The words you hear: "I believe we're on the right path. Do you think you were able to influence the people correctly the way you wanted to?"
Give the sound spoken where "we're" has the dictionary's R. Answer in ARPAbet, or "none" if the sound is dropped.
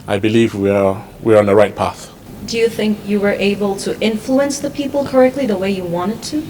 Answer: W